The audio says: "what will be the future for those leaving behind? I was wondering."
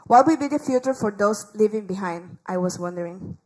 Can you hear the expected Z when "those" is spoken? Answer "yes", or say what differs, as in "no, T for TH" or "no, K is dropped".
no, S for Z